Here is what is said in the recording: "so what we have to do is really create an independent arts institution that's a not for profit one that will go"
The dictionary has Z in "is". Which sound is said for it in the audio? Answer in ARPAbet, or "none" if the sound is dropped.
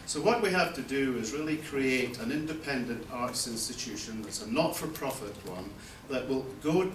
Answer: Z